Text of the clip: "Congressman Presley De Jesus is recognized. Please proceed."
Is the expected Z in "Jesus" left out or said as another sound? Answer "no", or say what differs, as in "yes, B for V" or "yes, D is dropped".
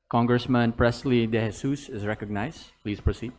yes, S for Z